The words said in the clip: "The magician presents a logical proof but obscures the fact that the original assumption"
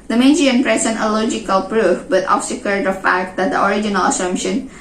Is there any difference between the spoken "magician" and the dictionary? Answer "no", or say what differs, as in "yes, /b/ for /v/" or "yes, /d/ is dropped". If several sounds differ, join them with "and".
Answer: yes, /ʃ/ is dropped